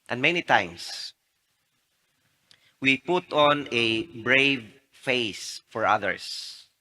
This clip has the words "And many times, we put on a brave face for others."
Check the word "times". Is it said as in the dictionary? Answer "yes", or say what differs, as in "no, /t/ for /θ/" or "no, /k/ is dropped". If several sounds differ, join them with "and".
no, /s/ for /z/